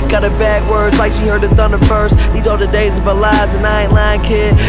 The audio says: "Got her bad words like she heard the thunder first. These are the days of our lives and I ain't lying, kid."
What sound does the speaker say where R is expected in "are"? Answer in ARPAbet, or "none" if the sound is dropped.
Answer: L